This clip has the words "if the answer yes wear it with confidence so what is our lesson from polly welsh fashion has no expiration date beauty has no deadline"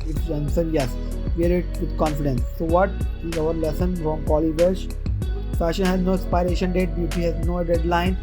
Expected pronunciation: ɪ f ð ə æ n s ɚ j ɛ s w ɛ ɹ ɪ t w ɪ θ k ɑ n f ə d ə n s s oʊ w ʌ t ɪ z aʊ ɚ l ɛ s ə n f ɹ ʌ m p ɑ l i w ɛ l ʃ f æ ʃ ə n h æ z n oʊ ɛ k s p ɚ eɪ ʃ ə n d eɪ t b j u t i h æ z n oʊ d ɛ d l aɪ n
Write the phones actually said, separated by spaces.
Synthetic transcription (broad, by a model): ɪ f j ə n s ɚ j ɛ s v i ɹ ɪ t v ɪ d k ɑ n f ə d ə n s s oʊ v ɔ t ɪ z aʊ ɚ l ɛ s ə n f ɹ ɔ m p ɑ l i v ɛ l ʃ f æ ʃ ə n h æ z n oʊ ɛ s p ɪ eɪ ʃ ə n d eɪ t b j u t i h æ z n oʊ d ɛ d l aɪ n